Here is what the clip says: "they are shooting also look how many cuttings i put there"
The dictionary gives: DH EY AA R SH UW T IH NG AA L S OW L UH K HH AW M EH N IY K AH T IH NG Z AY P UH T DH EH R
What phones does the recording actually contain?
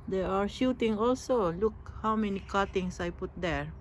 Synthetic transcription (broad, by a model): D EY AA R SH UW T IH NG AA L S OW L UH K HH AW M EH N IY K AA T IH NG S AY P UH T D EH R